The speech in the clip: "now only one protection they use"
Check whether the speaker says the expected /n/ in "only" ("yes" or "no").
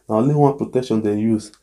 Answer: no